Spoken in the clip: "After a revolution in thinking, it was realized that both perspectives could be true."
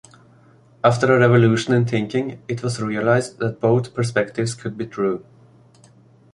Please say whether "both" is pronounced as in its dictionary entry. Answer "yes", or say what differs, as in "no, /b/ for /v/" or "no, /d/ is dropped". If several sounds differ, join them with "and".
yes